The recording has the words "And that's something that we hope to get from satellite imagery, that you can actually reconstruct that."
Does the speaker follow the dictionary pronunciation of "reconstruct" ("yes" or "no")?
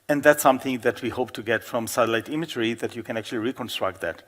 yes